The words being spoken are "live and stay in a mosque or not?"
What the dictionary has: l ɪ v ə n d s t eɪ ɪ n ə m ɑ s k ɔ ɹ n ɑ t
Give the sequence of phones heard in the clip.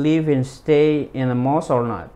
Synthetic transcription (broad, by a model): l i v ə n s t eɪ ɪ n ə m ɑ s ɔ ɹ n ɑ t